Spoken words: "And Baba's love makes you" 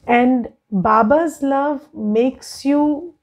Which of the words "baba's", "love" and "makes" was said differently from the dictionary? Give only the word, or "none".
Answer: none